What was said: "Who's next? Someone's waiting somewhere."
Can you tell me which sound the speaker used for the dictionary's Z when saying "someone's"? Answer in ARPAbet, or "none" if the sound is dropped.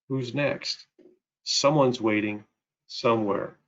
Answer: Z